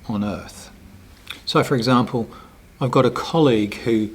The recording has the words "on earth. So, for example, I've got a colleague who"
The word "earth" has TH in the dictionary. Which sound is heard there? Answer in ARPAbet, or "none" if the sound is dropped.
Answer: TH